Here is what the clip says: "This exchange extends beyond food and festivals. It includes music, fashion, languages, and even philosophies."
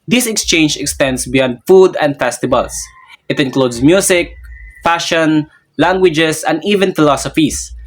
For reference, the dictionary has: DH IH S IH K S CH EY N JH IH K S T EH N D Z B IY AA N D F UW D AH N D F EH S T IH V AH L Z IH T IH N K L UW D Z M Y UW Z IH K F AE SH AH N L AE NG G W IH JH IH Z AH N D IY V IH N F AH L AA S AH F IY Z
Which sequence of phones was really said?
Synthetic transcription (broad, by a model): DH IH S IH K S CH EY N JH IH K S T EH N D S B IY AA N D F UW D AH N D F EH S T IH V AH L S IH T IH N K L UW D S M Y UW S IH K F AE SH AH N L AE NG G W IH JH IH S AH N D IY V IH N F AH L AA S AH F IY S